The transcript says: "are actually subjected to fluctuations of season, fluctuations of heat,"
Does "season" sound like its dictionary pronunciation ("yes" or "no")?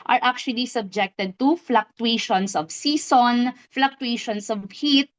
no